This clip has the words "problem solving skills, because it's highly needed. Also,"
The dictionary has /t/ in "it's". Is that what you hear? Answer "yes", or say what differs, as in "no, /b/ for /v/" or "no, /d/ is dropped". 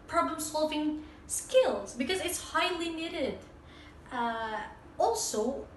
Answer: yes